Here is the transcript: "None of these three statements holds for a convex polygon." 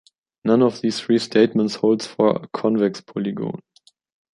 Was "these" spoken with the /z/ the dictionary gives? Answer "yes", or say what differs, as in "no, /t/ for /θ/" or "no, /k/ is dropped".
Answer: no, /s/ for /z/